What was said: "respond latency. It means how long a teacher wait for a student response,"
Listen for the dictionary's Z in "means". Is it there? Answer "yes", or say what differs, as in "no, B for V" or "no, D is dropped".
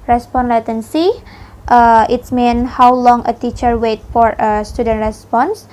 no, Z is dropped